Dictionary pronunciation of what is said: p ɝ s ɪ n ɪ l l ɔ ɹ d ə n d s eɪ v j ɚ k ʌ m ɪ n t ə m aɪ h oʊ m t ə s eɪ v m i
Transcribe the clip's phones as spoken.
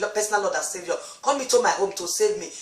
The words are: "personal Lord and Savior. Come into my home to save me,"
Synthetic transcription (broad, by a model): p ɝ s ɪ n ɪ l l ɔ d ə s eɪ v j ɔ k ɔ m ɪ t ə m aɪ h oʊ m t ə s eɪ v m i